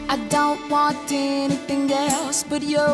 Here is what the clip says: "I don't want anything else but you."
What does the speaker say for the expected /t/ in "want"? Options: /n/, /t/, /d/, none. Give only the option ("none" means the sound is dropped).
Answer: /t/